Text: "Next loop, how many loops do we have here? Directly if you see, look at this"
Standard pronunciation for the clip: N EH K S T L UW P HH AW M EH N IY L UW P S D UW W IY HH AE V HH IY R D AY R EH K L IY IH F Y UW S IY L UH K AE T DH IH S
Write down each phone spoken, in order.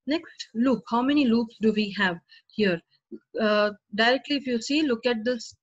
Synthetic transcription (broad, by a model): N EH K S T L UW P HH AW M EH N IY L UW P S D UW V IY HH AE V HH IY R D AY R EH K L IY IH F Y UW S IY L UH K AE T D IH S